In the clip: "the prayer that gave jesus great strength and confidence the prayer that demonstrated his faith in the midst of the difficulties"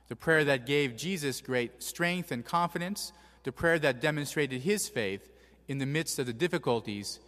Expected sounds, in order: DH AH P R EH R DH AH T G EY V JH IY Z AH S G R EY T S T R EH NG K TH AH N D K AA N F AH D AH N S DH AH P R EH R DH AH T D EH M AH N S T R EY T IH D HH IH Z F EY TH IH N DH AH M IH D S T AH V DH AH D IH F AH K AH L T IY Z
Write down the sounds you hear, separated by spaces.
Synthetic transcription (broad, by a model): DH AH P R EH R DH AH T G EY V JH IY Z AH S G R EY T S T R EH NG K TH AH N K AA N F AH D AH N S DH AH P R EH R DH AH T D EH M AH N S T R EY T IH D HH IH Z F EY TH IH N DH AH M IH D S T AH V DH AH D IH F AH K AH L T IY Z